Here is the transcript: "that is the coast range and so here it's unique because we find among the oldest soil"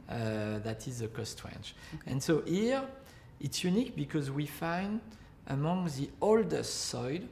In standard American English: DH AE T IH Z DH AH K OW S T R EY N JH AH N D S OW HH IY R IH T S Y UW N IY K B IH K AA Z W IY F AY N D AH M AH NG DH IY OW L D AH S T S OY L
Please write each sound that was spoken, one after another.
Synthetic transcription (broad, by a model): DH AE T IH Z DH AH K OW S T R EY N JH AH N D S OW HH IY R IH T S Y UW N IY K B IH K AA Z W IY F AY N D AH M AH NG DH IY OW L D AH S T S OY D